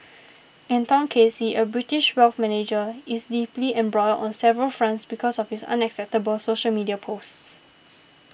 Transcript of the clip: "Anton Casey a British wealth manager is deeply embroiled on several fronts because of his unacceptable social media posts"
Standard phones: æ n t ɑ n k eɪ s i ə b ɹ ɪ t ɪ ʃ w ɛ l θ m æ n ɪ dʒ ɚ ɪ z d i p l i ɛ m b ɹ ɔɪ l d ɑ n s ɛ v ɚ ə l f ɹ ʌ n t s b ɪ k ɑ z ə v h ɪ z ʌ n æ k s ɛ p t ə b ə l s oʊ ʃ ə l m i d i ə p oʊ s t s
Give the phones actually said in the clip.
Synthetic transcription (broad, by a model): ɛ n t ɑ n k eɪ s i ə b ɹ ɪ t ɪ ʃ w ɛ l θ m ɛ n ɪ dʒ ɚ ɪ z d i p l i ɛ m b ɹ ɔɪ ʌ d ɑ n s ɛ v ɚ ə l f ɹ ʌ n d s b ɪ k ɑ s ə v h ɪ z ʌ n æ k s ɛ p t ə b ə l s oʊ ʃ ə l m i d i ə p oʊ s t s